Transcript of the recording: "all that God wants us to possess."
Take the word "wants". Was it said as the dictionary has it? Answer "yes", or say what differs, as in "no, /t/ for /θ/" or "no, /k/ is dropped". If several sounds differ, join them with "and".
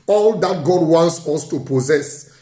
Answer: yes